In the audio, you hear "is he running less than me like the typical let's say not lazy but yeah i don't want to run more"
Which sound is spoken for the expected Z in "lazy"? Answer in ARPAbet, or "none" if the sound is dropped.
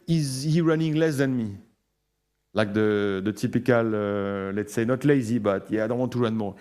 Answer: Z